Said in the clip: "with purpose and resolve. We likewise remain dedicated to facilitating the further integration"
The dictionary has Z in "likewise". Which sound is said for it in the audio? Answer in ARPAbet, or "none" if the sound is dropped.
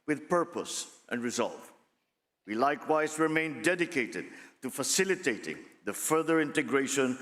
Z